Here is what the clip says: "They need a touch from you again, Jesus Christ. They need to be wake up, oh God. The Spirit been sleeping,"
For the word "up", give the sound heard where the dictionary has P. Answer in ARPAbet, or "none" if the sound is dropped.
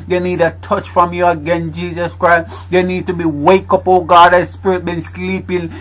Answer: P